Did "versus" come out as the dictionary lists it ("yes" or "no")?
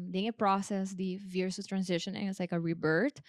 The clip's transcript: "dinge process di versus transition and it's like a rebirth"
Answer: no